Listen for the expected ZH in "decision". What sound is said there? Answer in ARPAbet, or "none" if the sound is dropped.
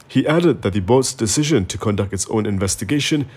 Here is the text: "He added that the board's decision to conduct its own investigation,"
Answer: ZH